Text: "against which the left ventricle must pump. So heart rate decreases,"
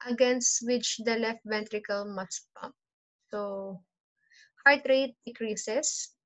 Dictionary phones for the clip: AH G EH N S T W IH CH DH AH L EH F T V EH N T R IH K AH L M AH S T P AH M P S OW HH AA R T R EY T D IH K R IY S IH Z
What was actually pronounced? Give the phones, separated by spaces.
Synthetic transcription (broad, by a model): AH G EH N S T W IH CH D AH L EH F T V EH N T R IH K AH L M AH S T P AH P S OW HH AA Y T R EY T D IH K R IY S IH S